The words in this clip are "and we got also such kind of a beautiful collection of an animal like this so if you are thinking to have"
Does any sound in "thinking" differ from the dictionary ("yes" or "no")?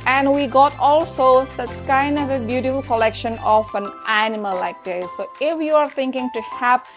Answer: yes